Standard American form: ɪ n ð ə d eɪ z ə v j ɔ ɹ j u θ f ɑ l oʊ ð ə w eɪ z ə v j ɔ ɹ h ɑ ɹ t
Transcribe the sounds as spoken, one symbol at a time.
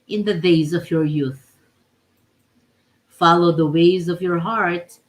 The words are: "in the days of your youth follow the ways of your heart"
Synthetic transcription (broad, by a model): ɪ n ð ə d eɪ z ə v j ɔ ɹ j u θ f ɑ l oʊ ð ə w eɪ z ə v j ɔ ɹ h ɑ ɹ t